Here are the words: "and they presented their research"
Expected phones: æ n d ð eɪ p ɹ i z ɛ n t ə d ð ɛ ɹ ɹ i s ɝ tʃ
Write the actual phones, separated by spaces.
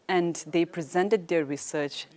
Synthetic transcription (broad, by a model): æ n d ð eɪ p ɹ i z ɛ n t ə d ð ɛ ɹ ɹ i s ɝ tʃ